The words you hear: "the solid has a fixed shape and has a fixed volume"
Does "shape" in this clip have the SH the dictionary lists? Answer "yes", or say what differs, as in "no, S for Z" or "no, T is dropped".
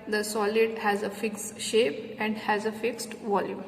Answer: yes